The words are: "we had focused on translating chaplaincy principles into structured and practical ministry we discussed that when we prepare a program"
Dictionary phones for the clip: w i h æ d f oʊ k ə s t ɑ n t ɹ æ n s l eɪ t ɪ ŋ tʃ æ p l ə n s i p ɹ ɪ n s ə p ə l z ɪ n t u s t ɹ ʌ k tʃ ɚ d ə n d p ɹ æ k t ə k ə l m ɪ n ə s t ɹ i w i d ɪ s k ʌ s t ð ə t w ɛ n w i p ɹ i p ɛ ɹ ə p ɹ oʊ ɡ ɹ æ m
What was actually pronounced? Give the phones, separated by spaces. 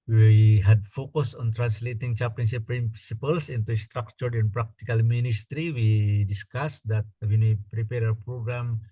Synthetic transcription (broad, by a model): w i h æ d f oʊ k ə s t ɑ n t ɹ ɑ n s l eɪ t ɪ ŋ tʃ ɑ p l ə n ʃ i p ɹ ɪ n s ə p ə l s ɪ n t u s t ɹ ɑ k tʃ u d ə n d p ɹ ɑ k t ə k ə l m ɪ n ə s t ɹ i w i d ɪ s k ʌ s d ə t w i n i p ɹ i p ɛ ɹ ə p ɹ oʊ ɡ ɹ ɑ m